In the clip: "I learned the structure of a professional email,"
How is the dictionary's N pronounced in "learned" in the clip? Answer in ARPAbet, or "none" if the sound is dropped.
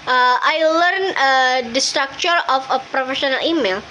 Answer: N